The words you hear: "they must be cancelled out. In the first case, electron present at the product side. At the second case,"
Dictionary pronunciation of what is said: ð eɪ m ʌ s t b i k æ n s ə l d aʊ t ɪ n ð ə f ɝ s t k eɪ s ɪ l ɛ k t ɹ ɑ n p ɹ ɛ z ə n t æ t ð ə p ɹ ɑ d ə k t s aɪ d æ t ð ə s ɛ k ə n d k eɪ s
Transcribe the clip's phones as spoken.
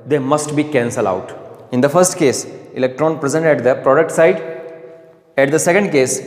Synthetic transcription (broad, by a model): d eɪ m ʌ s t b i k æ n s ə l aʊ t ɪ n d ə f ɝ s t k eɪ s ɪ l ɛ k t ɹ ɑ n p ɹ ɛ z ə n t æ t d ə p ɹ ɑ d ə k t s aɪ d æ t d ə s ɛ k ə n d k eɪ s